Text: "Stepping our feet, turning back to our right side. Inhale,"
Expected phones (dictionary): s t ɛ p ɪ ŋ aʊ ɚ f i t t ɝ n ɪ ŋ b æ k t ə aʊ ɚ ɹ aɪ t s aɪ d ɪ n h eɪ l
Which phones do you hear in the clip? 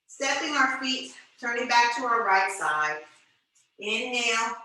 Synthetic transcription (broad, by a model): s t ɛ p ɪ ŋ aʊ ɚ f i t t ɝ n ɪ ŋ b æ k t ə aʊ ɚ ɹ aɪ t s aɪ d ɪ n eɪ l